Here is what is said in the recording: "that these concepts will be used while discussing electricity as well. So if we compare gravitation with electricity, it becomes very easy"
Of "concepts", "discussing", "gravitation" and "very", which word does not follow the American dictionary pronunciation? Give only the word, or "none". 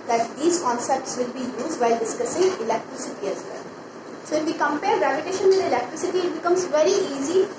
gravitation